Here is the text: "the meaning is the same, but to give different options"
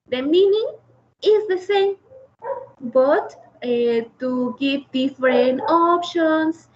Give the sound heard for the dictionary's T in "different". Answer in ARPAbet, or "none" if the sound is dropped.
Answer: none